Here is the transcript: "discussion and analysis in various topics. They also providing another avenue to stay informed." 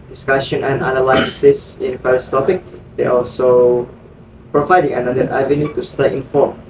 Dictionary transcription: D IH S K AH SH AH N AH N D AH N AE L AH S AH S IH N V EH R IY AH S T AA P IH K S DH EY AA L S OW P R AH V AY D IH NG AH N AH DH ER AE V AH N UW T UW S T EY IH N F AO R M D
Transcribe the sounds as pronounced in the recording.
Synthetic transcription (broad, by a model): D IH S K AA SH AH N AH N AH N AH L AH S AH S IH N F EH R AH S T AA P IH K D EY AA L S OW P R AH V AY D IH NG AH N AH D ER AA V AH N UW T UW S T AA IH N F AO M